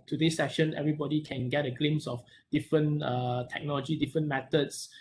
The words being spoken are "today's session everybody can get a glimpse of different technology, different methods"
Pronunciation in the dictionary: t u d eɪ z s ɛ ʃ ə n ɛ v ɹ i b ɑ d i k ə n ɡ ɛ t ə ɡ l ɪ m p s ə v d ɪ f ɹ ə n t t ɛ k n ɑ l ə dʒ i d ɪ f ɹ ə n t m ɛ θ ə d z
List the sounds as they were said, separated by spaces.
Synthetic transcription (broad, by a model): t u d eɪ s ɛ ʃ ə n ɛ v ɹ i b ɑ d i k ə n ɡ ɛ t ə ɡ l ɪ m s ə f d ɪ f ɹ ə n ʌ t ɛ k n ɑ l ə dʒ i d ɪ f ɹ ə n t m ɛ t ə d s